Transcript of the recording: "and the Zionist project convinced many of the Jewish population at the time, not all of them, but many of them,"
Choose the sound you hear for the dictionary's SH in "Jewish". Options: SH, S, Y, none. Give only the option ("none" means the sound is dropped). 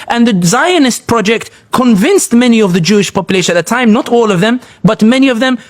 SH